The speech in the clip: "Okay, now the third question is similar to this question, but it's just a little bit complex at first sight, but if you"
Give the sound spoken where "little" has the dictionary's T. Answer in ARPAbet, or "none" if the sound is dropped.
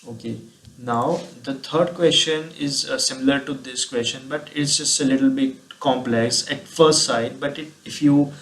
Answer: T